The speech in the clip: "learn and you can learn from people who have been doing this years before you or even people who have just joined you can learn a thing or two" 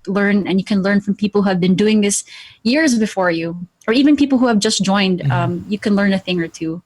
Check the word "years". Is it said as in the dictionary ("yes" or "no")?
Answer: yes